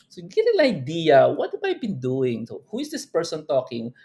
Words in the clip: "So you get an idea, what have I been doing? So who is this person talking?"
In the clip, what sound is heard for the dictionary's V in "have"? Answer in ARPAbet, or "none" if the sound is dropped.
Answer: B